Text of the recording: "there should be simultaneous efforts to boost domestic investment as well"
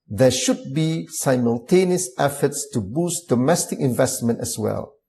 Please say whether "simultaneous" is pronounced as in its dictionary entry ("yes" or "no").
yes